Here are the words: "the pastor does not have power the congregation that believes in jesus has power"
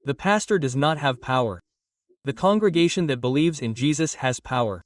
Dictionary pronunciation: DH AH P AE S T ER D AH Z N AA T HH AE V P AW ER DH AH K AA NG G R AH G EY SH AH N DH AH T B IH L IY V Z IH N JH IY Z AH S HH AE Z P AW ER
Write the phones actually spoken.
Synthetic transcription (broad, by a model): DH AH P AE S T ER D AH Z N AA T HH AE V P AW ER DH AH K AA NG G R AH G EY SH AH N DH AH T B IH L IY V Z IH N JH IY Z AH S HH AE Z P AW ER